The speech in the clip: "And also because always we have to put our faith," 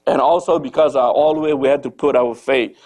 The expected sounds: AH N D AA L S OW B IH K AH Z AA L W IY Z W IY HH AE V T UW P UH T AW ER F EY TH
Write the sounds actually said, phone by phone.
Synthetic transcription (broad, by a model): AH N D AA L S OW B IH K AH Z AA L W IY W IY HH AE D T UW P UH T AW ER F EY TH